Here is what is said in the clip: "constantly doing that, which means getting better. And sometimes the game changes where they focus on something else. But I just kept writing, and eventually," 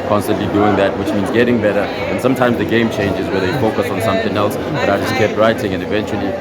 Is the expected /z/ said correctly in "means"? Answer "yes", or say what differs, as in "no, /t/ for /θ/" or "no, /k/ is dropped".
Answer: yes